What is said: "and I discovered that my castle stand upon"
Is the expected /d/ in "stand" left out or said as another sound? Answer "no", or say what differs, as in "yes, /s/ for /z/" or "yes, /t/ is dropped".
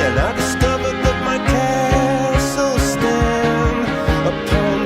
yes, /d/ is dropped